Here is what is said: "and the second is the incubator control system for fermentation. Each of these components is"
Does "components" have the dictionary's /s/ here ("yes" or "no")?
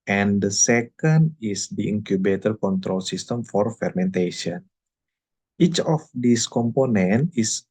no